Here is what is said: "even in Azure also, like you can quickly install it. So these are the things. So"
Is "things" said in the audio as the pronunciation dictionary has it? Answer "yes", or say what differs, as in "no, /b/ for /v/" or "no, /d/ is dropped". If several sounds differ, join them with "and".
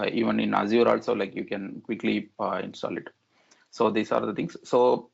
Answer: no, /t/ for /θ/